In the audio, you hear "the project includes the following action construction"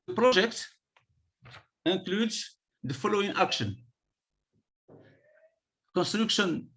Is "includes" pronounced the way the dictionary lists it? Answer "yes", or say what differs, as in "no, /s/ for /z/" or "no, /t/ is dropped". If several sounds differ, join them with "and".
no, /n/ is dropped